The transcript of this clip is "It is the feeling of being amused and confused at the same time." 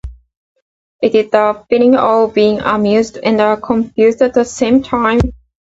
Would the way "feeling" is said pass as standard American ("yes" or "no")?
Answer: no